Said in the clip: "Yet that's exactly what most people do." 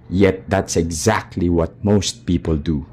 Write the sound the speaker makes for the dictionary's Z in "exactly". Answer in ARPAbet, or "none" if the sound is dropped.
Z